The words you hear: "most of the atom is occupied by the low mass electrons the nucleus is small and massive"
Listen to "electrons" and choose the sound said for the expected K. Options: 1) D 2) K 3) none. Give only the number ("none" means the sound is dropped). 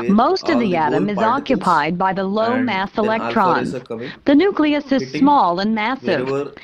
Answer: 2